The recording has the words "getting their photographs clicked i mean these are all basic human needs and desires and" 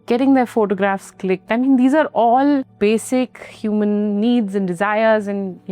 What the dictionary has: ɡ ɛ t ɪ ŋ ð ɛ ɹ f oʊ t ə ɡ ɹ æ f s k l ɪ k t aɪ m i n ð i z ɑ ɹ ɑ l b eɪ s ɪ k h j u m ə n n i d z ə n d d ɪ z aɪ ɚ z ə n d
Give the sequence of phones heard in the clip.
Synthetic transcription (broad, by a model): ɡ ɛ t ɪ ŋ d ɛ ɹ f oʊ t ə ɡ ɹ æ f s k l ɪ k t aɪ m i n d i z ɑ ɹ ɑ l b eɪ s ɪ k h j u m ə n n i d z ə n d d ɪ z aɪ ɚ z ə n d